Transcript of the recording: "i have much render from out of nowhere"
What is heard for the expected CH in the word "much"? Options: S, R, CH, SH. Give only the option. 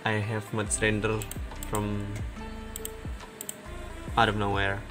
S